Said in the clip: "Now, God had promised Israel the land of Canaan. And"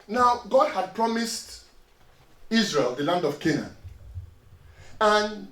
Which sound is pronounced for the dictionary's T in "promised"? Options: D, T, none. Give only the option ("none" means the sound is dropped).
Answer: T